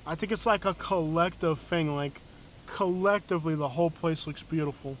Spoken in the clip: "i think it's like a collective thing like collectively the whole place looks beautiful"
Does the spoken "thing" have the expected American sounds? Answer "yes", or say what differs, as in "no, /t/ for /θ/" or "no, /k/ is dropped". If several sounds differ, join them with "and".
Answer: yes